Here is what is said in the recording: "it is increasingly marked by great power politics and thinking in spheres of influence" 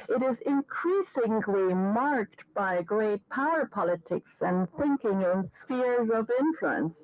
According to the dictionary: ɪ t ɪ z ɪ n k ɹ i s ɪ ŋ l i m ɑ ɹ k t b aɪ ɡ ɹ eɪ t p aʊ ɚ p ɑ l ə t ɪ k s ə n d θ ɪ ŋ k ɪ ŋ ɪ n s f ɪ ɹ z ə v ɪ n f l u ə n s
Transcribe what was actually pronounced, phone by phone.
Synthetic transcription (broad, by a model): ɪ t ɪ z ɪ n k ɹ i s ɪ ŋ l i m ɑ ɹ k t b aɪ ɡ ɹ eɪ t p aʊ ɚ p ɑ l ə t ɪ k s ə n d θ ɪ ŋ k ɪ ŋ ɪ n s f ɪ ɹ z ə v ɪ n f l u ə n s